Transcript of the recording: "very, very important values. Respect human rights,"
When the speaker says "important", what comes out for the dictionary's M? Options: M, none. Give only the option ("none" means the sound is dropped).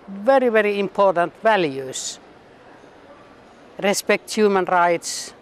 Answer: M